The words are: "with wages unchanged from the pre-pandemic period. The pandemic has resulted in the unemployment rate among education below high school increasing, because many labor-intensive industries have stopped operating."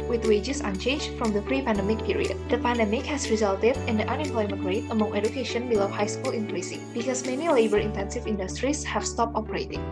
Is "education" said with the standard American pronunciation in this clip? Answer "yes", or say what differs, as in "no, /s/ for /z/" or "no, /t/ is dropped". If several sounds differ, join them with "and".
yes